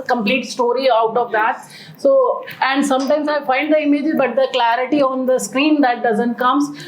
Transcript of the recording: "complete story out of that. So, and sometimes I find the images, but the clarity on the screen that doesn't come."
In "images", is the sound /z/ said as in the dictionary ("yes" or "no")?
no